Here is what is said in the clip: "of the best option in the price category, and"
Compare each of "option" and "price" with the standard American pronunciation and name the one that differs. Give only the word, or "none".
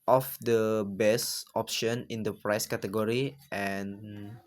none